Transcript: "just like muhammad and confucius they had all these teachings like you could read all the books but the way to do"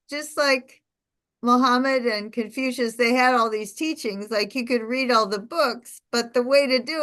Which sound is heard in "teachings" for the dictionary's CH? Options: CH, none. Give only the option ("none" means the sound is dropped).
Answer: CH